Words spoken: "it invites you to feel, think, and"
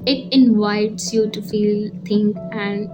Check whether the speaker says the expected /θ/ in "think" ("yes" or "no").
no